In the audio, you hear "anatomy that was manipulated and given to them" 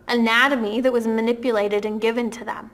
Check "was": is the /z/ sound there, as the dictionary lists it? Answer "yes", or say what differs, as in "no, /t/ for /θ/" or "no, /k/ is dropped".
yes